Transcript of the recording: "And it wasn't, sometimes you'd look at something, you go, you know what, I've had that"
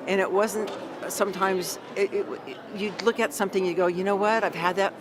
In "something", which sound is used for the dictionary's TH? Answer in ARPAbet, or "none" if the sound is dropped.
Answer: TH